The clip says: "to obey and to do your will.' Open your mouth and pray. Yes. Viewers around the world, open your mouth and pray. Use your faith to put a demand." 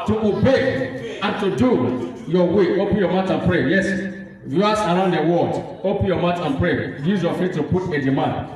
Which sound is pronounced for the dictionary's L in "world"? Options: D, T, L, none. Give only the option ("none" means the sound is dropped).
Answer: none